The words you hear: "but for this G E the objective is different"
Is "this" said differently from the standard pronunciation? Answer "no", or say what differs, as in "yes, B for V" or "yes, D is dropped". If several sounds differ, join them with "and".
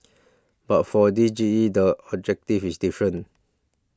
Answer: yes, S is dropped